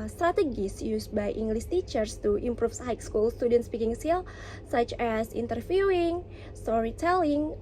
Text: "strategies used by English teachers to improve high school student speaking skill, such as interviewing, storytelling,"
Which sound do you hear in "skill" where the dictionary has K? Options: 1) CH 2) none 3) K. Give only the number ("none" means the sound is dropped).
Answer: 2